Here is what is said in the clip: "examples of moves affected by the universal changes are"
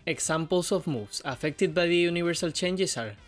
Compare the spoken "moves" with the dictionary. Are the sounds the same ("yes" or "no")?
no